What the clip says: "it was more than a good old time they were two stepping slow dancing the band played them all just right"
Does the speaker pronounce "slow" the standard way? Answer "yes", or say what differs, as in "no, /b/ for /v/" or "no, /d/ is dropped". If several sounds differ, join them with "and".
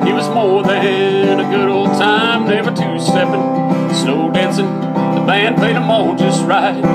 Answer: no, /n/ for /l/